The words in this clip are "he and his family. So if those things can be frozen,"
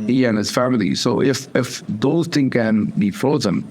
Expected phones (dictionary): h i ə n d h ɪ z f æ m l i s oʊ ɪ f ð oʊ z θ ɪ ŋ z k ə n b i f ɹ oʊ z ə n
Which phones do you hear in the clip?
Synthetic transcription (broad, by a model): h i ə n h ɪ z f æ m l i s oʊ ɪ f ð oʊ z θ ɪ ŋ k ə n b i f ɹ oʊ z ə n